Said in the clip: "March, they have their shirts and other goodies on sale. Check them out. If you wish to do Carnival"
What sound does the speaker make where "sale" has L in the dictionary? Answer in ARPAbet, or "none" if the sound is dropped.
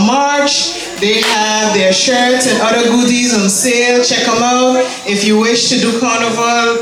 L